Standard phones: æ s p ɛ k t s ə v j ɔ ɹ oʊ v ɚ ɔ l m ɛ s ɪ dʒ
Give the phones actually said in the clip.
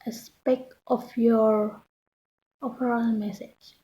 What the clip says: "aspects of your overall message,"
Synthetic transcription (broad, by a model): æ s p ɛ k t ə f j ɔ ɹ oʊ p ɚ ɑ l m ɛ s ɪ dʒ